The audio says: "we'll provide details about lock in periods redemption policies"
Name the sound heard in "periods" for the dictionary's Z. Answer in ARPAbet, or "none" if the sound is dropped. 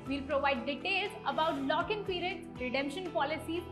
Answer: none